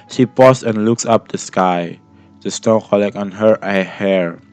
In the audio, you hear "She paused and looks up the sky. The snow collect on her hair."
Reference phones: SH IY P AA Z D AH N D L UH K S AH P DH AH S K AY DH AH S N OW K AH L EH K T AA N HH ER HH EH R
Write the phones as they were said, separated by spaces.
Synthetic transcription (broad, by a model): SH IY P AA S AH N L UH K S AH P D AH S K AY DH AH S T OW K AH L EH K AA N HH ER HH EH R